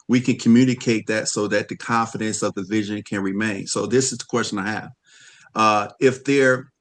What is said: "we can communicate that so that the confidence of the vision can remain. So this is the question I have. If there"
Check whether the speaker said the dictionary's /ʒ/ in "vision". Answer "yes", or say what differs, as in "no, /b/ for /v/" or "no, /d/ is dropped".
yes